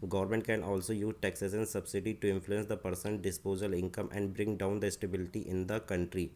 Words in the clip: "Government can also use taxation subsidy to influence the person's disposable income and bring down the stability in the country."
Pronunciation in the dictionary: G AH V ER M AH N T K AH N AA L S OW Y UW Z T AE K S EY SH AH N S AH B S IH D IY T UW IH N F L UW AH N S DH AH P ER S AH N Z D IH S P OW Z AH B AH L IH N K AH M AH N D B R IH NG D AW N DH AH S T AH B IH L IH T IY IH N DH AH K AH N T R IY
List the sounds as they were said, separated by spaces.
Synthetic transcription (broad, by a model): G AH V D M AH N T K AH N AA L S OW Y UW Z T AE K S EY S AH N S AH B S IH D IY T UW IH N F L UW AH N S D AH P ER S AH N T D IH S P OW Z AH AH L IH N K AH M AH N D B R IH NG D AW N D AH S T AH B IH L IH T IY IH N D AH K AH N T R IY